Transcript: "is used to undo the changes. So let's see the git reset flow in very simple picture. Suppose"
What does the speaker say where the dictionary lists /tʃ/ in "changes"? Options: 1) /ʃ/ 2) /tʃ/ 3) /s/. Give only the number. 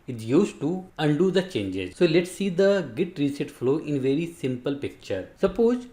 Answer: 2